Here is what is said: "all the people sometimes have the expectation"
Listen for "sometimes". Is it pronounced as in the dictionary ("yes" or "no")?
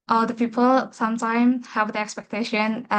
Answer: no